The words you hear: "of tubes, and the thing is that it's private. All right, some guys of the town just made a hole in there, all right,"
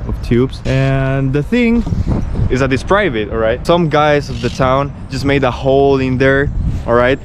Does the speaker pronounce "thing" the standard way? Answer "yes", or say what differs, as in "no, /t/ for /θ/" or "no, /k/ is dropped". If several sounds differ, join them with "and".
yes